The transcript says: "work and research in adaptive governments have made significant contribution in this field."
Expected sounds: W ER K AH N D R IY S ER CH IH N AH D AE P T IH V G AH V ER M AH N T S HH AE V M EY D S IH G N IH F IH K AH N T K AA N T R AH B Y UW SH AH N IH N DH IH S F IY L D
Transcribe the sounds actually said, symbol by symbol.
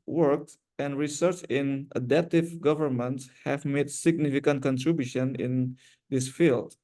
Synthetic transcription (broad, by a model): W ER K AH N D R IY S ER CH IH N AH D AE P T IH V G AH V ER M AH N T S HH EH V M EY D S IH G N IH F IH K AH N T K AA N T R AH B Y UW SH AH N IH N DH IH S F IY L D